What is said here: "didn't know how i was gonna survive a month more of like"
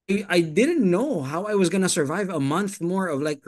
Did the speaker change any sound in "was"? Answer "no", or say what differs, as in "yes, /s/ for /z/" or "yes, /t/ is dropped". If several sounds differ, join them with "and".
no